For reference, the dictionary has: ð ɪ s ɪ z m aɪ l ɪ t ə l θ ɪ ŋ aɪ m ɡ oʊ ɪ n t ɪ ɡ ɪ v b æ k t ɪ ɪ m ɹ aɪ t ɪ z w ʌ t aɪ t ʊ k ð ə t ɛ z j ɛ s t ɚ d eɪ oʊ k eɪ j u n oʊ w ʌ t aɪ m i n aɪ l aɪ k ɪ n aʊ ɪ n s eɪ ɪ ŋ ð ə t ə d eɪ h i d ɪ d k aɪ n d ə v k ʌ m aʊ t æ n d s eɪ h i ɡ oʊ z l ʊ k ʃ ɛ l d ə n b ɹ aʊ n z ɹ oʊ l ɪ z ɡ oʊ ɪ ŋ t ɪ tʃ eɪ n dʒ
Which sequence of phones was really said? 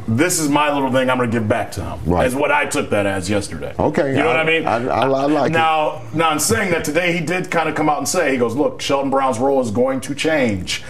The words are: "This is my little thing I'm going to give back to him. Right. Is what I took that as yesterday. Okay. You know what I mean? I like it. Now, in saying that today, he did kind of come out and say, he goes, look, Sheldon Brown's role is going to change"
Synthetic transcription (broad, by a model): ð ɪ s ɪ z m aɪ l ɪ t l θ ɪ ŋ aɪ m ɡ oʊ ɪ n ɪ ɡ ɪ v b æ k t ɪ ɪ m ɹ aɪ ɪ z w ʌ t aɪ t ʊ k ð ə t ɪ z j ɛ s t ɚ d eɪ oʊ k eɪ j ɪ n oʊ w ʌ t aɪ m i n aɪ l aɪ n ɪ n aʊ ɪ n s eɪ ɪ ŋ ð ə t ə d eɪ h i d ɪ d k aɪ n d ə k ʌ m aʊ t n s eɪ h i ɡ oʊ z l ʊ k ʃ ɛ l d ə n b ɹ aʊ n z ɹ oʊ l ɪ z ɡ oʊ ɪ ŋ t ɪ tʃ eɪ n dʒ